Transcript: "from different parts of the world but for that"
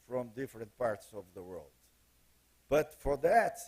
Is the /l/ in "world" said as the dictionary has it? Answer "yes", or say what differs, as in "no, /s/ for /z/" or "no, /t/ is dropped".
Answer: yes